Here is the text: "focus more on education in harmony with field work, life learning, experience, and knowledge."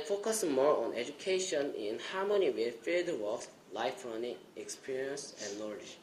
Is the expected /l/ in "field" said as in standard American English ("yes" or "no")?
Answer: no